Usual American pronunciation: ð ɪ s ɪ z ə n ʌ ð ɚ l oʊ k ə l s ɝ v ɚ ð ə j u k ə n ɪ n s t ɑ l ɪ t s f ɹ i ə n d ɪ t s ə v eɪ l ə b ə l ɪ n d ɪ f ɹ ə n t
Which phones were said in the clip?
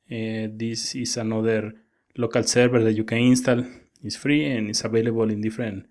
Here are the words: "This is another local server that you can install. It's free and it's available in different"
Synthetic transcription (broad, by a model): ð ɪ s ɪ s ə n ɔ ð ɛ l oʊ k ə l s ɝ b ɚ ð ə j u k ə ɪ n s t ɑ l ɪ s f ɹ i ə n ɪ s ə b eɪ l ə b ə l ɪ n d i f ɹ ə n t